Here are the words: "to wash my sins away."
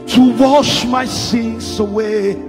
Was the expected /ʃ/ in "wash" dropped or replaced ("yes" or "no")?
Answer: no